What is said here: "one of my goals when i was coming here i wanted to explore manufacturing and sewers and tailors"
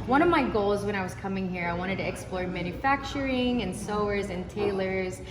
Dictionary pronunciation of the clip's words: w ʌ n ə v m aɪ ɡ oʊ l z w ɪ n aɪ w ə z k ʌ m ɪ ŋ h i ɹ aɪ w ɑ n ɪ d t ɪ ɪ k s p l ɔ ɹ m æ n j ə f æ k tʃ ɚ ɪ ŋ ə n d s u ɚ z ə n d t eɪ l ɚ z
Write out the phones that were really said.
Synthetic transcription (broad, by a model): w ʌ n ə v m aɪ ɡ oʊ l z w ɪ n aɪ w ə z k ʌ m ɪ ŋ h i ɹ aɪ w ɑ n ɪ d t ɪ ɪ k s p l ɔ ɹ m æ n j ə f æ k tʃ ɚ ɪ ŋ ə n s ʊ ɚ z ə n t eɪ l ɚ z